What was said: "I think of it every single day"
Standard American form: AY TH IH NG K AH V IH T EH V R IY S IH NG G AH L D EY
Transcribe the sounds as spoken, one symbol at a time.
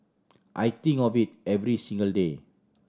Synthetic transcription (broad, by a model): AY T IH NG AH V IH T EH V R IY S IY NG G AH L D EY